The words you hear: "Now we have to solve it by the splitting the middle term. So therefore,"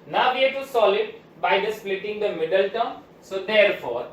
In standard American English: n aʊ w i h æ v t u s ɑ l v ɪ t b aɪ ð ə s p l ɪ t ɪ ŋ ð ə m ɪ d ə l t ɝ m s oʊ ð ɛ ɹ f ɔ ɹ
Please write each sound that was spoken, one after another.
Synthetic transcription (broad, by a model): n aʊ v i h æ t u s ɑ l ɪ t b aɪ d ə s p l ɪ t ɪ ŋ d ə m ɪ d ə l t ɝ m s oʊ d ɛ ɹ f ɔ ɹ